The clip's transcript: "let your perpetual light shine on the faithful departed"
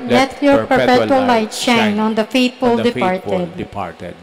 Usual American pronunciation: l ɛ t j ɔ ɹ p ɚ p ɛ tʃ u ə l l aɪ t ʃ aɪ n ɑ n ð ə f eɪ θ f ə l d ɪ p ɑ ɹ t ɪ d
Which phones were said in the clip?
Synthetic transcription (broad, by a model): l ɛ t j ɔ ɹ p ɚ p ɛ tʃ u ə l l aɪ t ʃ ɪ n ɑ n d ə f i t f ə l d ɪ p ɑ ɹ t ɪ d